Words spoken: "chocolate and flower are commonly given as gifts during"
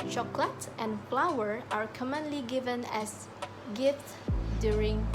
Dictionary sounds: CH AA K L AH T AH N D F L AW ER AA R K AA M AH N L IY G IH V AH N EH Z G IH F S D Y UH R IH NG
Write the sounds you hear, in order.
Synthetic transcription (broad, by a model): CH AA K L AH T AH N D F L AW ER AA R K AA M AH N L IY G IH V AH N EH S G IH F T D Y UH R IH NG